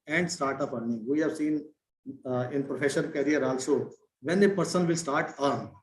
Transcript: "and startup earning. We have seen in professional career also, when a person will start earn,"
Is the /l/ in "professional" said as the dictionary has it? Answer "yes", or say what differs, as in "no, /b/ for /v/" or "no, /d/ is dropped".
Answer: no, /n/ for /l/